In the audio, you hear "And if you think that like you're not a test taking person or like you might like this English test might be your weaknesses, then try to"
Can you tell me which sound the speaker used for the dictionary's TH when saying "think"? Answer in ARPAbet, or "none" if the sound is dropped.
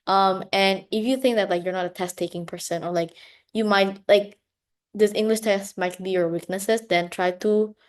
TH